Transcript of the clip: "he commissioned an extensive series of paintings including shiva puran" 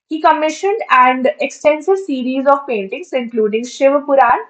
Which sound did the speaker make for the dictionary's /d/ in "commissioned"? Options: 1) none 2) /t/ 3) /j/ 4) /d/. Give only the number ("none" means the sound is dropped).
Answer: 4